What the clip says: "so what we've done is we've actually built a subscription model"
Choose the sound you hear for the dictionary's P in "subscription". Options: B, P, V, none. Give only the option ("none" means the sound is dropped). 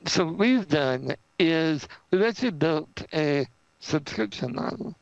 P